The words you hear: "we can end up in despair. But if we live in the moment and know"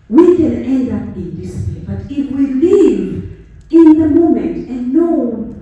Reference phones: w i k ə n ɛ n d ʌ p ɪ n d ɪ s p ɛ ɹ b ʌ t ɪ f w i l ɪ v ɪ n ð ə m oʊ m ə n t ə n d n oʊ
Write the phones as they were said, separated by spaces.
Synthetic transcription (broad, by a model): w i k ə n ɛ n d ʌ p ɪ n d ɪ s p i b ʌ t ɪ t w i l ɪ v ɪ n ð ə m oʊ m ə n t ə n n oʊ